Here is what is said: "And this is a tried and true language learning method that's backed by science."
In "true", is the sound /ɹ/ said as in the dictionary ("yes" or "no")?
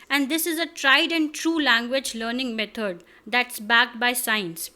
yes